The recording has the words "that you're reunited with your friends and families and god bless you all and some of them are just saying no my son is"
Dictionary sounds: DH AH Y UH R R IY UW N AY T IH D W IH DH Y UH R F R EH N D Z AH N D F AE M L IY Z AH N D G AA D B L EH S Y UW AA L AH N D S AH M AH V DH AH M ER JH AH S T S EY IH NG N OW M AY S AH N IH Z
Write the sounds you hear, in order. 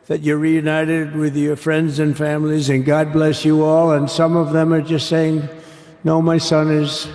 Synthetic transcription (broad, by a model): DH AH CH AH R R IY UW N AY T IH D W IH DH Y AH R F R EH N D Z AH N F AE M L IY Z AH N G AA D B L EH S Y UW AA L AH N S AH M AH V DH AH M ER JH AH S T S EY IH NG N OW M AY S AH N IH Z